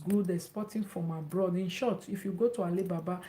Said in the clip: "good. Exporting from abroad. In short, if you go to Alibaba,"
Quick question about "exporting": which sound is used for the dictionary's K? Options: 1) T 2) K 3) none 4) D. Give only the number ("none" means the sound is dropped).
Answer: 3